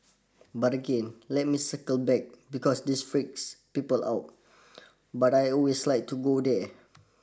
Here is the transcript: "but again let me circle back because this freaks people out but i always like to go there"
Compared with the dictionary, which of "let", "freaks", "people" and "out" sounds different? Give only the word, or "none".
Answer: none